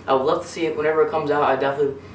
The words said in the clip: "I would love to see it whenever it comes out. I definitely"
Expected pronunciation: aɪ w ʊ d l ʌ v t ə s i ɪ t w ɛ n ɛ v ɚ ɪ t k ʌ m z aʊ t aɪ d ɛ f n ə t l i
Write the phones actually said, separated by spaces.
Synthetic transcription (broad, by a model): aɪ w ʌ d l ʌ v t ə s i ɪ t w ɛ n ɛ v ɚ ɪ t k ʌ m z aʊ t aɪ d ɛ f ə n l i